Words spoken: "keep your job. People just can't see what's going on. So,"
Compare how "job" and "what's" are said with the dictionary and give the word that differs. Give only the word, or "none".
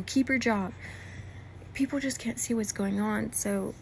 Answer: none